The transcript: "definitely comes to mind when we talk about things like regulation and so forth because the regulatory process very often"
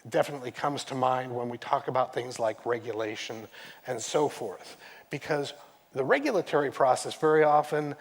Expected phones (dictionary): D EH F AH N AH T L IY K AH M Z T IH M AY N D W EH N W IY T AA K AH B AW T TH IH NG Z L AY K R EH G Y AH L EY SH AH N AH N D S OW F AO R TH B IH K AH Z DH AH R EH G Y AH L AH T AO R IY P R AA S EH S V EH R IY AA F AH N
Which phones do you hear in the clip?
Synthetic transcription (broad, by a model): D EH F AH N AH T L IY K AH M Z T IH M AY N D W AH N W IY T AA K AH B AW T TH IH NG Z L AY K R EH G Y AH L EY SH AH N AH N S OW F AO R TH B IH K AH Z DH AH R EH G Y L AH T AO R IY P R AA S EH S V EH R IY AA F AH N